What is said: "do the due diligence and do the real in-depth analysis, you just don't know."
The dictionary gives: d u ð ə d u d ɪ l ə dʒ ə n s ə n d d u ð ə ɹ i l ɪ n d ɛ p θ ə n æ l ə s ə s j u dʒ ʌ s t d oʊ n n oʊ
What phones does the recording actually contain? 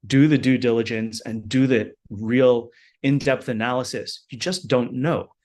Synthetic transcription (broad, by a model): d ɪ ð ə d u d ɪ l ə dʒ ə n s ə n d d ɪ ð ə ɹ i l ɪ n d ɛ p θ ə n æ l ə s ə s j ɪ dʒ ʌ s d oʊ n n oʊ